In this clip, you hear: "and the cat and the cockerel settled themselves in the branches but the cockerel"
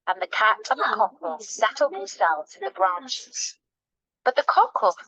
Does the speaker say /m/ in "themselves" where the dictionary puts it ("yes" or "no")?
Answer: no